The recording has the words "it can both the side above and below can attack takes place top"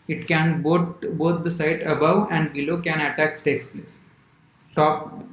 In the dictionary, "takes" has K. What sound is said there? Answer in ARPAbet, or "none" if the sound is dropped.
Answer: K